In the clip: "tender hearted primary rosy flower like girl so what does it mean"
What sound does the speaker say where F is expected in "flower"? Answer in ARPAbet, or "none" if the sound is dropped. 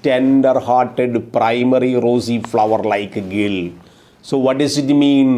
F